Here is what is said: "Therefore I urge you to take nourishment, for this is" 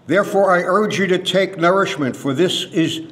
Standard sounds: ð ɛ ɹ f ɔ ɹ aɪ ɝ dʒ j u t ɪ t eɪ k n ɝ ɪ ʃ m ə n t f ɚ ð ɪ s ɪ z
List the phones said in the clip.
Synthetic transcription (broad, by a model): ð ɛ ɹ f ɔ ɹ aɪ ɝ dʒ j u t ɪ t eɪ k n ɝ ɪ ʃ m ə n t f ɚ ð ɪ s ɪ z